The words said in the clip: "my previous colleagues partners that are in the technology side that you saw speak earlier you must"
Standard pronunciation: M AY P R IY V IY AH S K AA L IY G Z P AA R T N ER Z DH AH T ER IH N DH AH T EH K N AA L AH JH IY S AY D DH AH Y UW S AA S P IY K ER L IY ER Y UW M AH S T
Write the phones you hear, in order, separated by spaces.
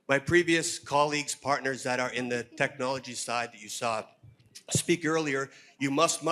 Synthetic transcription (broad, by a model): M AY P R IY V IY AH S K AA L IY G Z P AA R T N ER Z DH AH T ER IH N DH AH T EH K N AA L AH JH IY S AY D DH AH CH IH S AA S P IY K ER L IY ER Y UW M AH S T